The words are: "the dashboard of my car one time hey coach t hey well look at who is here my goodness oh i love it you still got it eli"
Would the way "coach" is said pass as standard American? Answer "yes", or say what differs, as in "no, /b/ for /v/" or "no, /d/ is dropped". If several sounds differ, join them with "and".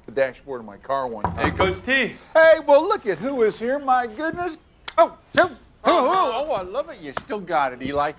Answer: no, /s/ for /tʃ/